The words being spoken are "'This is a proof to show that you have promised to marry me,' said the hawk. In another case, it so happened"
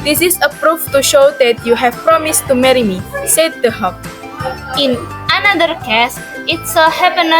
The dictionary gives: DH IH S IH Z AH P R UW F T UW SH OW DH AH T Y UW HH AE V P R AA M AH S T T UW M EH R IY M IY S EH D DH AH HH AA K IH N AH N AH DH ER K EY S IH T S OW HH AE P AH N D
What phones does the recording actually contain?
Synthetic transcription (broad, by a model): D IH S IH S AH P R UW F T UW SH OW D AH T Y UW HH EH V P R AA M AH S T T UW M EH R IY M IY S EH D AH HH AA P IH N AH N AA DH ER K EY S IH T S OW HH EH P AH N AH